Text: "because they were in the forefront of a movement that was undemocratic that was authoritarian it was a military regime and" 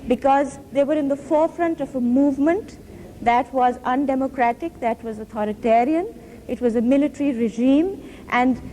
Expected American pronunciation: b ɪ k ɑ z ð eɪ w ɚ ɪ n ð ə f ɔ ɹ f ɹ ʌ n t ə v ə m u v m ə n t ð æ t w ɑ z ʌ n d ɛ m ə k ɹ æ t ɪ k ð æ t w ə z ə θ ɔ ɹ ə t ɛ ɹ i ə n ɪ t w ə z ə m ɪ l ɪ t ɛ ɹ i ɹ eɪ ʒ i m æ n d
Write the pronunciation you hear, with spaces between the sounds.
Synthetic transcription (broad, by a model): b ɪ k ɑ z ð eɪ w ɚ ɪ n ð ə f ɔ ɹ f ɹ ʌ n t ə v ə m u v m ə n t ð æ t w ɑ z ʌ n d ɛ m ə k ɹ æ t ɪ k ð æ t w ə z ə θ ɔ ɹ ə t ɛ ɹ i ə n ɪ t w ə z ə m ɪ l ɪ t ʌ ɹ i ɹ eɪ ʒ i m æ n d